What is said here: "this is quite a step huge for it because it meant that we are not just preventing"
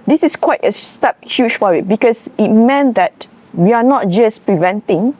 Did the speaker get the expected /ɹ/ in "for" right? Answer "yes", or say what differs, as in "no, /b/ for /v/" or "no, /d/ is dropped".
no, /w/ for /ɹ/